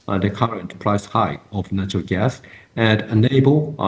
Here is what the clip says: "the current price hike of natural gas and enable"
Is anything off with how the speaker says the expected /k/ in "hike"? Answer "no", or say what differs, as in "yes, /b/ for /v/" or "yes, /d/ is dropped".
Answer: yes, /k/ is dropped